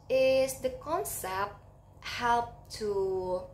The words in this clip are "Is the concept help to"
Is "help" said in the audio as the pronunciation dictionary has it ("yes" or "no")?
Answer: yes